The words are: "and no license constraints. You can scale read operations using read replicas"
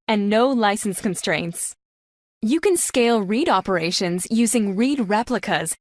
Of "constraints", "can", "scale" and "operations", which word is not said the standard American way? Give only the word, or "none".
none